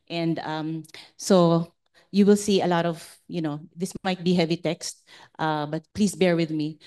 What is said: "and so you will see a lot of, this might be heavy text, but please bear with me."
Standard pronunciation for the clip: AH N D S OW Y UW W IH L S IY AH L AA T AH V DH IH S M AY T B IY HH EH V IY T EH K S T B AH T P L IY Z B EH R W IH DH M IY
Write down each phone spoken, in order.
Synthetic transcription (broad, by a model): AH N D S OW Y UW W IH L S IY AH L AA T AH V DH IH S M AY T B IY HH EH V IY T EH K S T B AH T P L IY S B EH R W IH DH M IY